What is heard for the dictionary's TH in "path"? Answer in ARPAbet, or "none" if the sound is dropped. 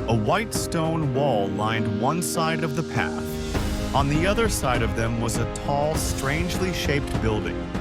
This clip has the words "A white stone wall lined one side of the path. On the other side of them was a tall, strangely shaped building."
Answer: TH